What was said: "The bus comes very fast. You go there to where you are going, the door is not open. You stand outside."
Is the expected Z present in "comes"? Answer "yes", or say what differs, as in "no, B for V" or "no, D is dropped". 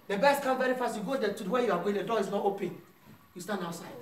no, Z is dropped